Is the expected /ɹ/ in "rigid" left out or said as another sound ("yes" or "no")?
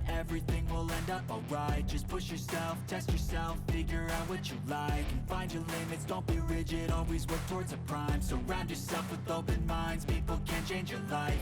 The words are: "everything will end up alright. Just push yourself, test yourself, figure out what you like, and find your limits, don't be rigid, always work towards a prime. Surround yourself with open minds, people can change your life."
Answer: no